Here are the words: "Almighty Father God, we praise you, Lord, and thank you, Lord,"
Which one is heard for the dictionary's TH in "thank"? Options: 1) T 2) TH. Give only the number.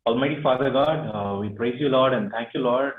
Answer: 1